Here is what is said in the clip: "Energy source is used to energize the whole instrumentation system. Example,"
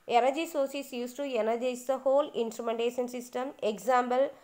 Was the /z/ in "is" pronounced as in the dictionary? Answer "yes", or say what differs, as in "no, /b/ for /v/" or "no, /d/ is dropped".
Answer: no, /s/ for /z/